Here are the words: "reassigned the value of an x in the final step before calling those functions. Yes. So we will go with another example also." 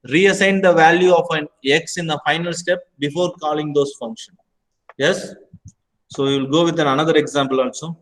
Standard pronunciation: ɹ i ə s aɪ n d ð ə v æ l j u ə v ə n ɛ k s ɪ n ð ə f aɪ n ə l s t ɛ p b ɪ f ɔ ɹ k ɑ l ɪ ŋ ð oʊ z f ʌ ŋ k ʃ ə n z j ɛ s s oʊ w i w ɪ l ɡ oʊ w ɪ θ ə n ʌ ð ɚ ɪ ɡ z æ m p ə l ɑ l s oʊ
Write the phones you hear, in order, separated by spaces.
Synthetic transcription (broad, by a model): ɹ i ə s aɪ n d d ə v æ l j u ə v ə n ɛ k s ɪ n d ə f aɪ n ə l s t ɛ p b ɪ f ɔ ɹ k ɑ l ɪ ŋ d oʊ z f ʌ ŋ k ʃ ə n j ɛ s s oʊ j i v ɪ l ɡ oʊ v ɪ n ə n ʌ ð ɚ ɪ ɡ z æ m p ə l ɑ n s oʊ